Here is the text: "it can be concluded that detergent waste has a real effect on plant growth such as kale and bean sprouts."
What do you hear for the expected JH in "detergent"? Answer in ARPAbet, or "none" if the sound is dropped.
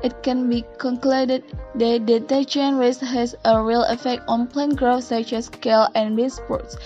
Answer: CH